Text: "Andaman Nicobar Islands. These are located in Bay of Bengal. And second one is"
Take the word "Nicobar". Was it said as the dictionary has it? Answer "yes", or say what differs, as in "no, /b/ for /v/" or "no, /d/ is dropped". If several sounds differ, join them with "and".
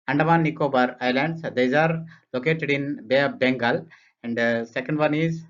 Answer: yes